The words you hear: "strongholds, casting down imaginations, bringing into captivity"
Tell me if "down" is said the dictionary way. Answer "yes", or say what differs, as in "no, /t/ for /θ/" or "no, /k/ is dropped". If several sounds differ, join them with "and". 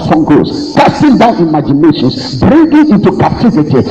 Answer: yes